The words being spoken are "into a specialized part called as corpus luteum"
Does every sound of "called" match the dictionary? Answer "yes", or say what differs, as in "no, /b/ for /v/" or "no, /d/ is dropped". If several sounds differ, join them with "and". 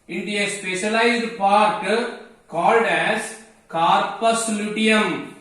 yes